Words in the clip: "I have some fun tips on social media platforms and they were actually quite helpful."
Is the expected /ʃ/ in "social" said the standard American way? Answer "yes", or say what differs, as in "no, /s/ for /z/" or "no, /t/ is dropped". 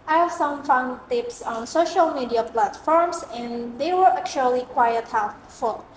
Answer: yes